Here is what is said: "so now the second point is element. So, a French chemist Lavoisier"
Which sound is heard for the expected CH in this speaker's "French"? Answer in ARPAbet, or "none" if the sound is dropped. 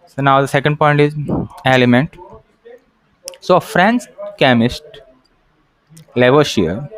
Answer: S